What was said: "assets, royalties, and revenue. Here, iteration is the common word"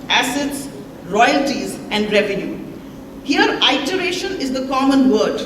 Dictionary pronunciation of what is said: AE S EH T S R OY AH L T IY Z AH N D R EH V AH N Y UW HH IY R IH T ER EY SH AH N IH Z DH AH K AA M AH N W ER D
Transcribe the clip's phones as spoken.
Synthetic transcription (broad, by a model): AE S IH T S R OY AH L T IY Z AH N D R EH V AH N Y UW HH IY R IH T ER EY SH AH N IH Z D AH K AA M AH N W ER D